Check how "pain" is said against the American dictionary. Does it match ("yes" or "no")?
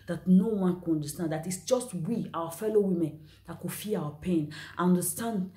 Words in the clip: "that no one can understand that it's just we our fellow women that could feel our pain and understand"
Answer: yes